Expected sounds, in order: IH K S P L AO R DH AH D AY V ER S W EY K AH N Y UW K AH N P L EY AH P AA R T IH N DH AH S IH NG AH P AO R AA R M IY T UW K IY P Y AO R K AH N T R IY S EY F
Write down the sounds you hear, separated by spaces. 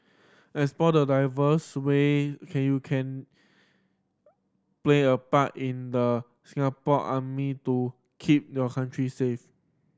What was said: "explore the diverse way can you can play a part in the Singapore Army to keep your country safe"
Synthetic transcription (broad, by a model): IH S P AO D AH D AY V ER S W EY K AH N Y UW K AH N P L EY AH P AA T IH N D AH S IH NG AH P AO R AA M IY T UW K IY P Y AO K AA N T R IY S EY F